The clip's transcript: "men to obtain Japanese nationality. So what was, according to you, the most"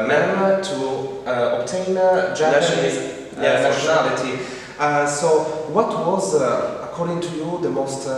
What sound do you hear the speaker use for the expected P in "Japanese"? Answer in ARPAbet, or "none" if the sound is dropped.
none